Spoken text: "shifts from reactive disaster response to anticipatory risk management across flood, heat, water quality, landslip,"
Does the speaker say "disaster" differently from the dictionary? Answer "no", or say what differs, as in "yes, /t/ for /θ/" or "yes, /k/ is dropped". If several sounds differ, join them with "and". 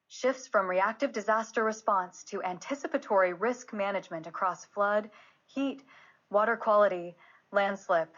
no